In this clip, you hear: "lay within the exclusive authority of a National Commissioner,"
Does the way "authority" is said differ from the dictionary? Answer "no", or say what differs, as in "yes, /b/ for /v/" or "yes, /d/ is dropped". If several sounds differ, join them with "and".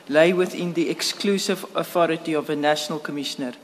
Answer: no